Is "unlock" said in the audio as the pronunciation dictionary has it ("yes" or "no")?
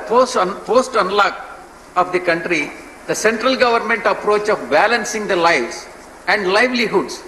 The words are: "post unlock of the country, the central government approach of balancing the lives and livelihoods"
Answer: yes